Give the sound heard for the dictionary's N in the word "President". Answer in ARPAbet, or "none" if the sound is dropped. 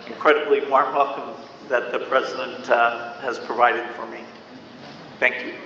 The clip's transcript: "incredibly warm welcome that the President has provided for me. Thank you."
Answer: N